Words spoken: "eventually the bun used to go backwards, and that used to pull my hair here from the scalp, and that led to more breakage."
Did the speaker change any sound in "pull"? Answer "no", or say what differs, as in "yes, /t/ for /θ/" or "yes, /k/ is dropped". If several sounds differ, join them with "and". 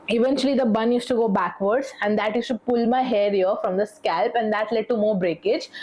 no